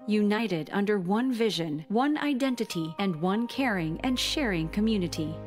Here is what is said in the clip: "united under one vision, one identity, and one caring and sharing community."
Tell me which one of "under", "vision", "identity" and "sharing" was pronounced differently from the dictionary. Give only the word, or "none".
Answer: none